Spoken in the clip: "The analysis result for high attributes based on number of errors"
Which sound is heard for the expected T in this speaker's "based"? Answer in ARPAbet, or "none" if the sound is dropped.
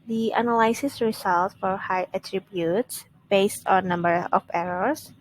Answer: T